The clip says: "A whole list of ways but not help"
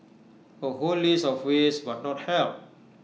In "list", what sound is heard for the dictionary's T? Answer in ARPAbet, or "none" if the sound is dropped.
none